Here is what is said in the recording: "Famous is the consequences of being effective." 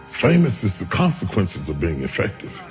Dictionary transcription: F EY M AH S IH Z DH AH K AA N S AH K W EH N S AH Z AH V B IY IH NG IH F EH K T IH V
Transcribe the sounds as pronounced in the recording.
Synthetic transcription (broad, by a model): F EY M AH S IH Z DH AH K AA N S AH K W EH N S AH Z AH V B IY IH NG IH F EH K T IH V